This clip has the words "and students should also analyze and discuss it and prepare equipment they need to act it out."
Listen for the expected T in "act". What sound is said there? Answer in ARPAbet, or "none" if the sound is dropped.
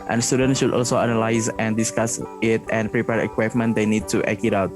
none